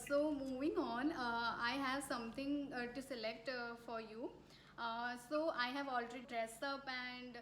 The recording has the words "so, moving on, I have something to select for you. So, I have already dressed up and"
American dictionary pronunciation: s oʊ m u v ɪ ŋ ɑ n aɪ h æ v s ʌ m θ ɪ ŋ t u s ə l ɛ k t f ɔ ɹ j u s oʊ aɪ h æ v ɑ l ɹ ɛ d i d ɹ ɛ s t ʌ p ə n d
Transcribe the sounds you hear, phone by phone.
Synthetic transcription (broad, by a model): s oʊ m u v ɪ ŋ ɑ n aɪ h æ v s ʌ m t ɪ ŋ t u s ə l ɛ k t f ɔ ɹ j u s oʊ aɪ h æ v ɑ l ɹ ɛ d i d ɹ ɛ s t ʌ p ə n d